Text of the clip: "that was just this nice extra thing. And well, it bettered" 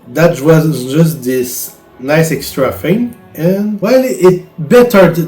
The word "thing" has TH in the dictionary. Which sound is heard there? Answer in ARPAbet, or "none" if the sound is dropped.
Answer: F